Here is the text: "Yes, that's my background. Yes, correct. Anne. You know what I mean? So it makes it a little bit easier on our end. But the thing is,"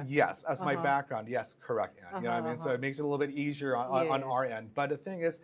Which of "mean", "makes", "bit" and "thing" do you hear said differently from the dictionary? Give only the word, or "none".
none